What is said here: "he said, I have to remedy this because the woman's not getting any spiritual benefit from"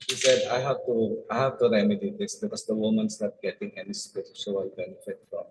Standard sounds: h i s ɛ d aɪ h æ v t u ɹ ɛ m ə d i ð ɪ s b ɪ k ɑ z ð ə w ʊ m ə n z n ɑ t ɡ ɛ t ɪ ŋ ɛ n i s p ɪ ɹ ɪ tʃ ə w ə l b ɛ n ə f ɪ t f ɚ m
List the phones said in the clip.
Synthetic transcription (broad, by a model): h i s ɛ d aɪ h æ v t u ɹ ɛ m ə d i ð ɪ s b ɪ k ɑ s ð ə w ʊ m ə n s n ɑ t ɡ ɛ t ɪ ŋ ɛ n i s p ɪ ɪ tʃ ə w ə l b ɛ n ə f ɪ t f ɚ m